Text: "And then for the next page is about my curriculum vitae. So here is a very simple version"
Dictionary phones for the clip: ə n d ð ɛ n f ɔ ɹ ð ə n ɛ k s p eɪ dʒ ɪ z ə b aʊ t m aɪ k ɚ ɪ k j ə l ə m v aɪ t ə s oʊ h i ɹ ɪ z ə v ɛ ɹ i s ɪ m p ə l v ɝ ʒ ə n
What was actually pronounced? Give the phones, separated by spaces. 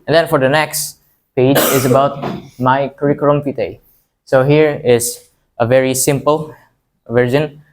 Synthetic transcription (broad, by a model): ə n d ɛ n f ɔ ɹ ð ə n ɛ k s p eɪ dʒ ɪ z ə b aʊ t m aɪ k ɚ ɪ k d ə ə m f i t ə s oʊ h i ɹ ɪ z ə v ɛ ɹ i s ɪ m p ə l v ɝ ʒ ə n